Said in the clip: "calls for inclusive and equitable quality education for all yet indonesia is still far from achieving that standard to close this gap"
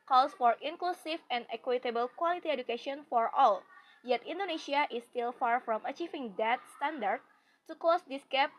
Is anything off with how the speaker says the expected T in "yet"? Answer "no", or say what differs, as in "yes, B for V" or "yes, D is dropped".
no